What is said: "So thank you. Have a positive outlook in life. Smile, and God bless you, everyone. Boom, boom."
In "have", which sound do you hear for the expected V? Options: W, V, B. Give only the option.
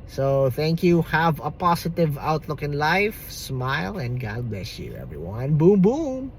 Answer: V